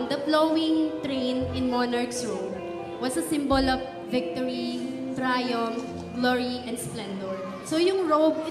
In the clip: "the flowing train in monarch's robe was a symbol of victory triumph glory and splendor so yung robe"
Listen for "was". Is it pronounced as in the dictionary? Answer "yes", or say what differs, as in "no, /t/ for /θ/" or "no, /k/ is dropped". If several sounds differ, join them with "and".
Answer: no, /s/ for /z/